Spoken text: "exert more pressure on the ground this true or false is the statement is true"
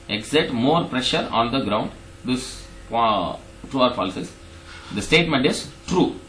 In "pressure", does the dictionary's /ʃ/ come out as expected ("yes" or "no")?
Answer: yes